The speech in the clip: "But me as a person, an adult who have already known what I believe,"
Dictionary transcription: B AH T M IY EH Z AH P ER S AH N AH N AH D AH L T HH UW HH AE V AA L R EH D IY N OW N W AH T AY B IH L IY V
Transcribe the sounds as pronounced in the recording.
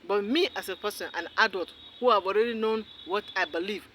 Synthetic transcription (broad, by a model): B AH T M IY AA S AH P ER S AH N AH N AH D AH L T HH UW HH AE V AA L R EH D IY N OW N W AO T AY B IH L IY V